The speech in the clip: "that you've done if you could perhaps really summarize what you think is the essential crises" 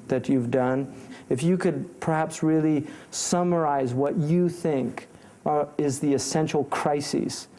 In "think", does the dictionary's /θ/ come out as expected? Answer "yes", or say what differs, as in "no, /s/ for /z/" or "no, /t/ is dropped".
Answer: yes